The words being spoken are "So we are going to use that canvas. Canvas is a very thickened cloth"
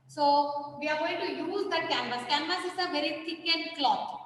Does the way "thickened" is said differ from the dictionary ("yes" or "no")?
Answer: yes